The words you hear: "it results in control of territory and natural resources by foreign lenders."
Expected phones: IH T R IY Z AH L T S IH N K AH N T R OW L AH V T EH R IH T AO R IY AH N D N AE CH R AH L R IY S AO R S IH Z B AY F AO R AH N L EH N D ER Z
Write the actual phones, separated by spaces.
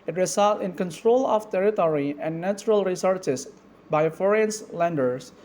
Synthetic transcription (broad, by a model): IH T R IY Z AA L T IH N K AH N T R OW L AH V T EH R IH T AO R IY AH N N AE CH R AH L R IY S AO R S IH S B AY F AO R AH N L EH N D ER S